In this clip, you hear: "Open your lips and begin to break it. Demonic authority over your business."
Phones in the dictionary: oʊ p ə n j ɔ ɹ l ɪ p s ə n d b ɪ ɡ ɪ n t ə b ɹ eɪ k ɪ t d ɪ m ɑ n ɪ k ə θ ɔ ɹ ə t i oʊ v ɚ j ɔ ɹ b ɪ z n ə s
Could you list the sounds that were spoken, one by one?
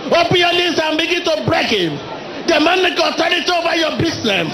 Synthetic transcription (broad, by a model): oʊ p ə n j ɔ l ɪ s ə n b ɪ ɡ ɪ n t ə b ɹ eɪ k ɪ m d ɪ m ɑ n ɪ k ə t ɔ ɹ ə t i oʊ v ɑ j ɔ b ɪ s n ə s